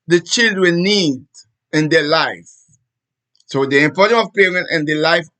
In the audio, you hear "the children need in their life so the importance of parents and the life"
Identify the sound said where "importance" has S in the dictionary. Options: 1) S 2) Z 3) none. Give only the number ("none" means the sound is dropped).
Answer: 3